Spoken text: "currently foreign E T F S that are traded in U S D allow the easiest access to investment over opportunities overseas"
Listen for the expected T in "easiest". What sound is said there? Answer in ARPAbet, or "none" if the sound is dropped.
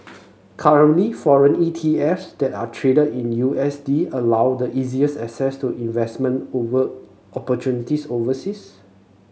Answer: none